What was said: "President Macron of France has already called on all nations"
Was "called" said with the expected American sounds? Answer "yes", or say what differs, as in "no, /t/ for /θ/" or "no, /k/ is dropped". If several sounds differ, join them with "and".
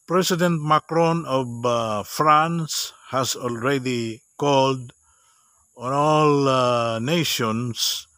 yes